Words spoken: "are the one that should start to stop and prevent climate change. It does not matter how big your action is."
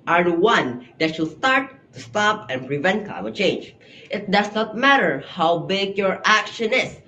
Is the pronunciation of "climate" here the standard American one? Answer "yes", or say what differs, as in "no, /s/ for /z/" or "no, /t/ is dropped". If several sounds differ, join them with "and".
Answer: no, /l/ is dropped